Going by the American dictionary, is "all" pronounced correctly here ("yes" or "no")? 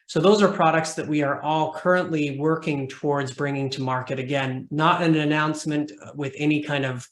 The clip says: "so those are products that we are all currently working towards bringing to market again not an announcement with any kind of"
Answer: yes